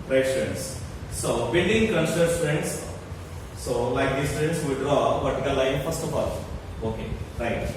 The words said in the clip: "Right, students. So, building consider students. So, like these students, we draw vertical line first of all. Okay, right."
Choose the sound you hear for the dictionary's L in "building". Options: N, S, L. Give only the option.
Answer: N